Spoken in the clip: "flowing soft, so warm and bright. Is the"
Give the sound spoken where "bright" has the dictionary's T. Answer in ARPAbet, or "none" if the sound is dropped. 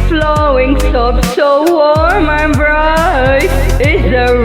none